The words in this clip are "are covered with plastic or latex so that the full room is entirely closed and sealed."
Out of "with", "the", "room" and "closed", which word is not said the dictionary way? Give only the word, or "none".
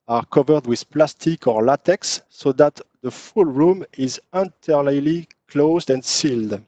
none